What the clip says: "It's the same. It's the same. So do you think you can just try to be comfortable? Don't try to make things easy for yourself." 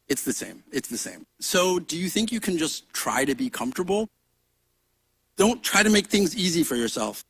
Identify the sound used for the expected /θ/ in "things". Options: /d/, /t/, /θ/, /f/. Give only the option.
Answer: /θ/